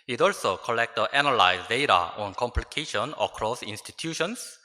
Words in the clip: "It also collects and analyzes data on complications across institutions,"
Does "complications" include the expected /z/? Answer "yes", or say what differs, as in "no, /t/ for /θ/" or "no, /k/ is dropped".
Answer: no, /z/ is dropped